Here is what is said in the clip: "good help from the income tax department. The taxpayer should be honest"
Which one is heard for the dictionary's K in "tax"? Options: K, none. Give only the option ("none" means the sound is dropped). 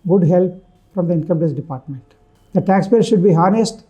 none